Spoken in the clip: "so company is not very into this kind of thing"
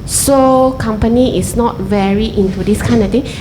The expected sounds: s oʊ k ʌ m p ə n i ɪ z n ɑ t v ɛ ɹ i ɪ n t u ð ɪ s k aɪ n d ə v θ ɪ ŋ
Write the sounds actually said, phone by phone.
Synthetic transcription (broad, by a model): s oʊ k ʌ m p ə n i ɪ s n ɑ t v ɛ ɹ i ɪ n t u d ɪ s k aɪ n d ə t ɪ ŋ